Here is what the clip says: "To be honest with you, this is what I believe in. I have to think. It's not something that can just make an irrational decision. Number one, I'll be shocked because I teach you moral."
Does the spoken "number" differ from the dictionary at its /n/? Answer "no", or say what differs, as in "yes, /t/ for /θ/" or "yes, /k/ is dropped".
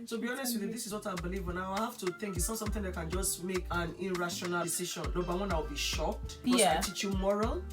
yes, /l/ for /n/